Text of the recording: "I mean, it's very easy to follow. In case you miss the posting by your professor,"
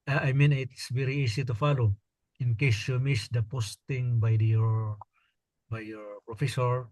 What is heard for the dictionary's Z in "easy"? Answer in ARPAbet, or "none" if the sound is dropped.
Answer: S